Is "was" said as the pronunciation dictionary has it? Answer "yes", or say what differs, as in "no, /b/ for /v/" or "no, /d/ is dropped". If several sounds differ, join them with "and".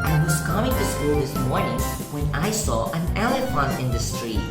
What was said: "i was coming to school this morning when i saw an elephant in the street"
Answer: no, /s/ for /z/